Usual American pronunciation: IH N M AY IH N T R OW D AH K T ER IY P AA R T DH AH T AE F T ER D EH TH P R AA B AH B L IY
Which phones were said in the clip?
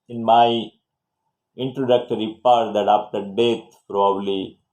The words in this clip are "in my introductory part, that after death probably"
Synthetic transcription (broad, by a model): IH N M AY IH N T R OW D AH K T ER IY P AA R T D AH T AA P T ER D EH T P R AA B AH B L IY